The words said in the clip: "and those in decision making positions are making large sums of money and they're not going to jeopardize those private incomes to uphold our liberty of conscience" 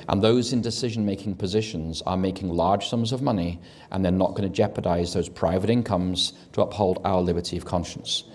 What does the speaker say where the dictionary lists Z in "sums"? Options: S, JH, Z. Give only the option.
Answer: Z